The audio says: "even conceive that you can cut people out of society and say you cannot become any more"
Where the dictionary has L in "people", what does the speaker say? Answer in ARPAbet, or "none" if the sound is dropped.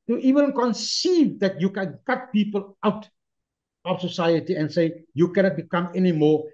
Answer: L